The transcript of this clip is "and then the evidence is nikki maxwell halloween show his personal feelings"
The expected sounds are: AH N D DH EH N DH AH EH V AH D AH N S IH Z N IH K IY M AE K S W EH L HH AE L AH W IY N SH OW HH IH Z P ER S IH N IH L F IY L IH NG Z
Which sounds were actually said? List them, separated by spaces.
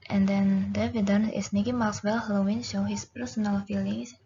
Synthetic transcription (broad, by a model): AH N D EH N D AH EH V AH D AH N IH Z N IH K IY M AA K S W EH L HH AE L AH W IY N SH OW HH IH S P ER S IH N IH L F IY L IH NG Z